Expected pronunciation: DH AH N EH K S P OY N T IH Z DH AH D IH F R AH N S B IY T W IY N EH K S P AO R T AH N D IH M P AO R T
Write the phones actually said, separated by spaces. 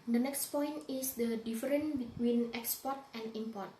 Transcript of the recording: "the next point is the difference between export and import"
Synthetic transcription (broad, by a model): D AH N EH K S P OY N T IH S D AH D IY F R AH N B IY T W IY N EH K S P AO R T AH N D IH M P AO R T